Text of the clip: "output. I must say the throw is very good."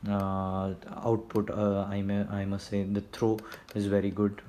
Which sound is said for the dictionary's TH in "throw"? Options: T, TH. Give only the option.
T